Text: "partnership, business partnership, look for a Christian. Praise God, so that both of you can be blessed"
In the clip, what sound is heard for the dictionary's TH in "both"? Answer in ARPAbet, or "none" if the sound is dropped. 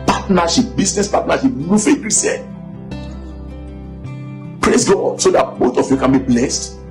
T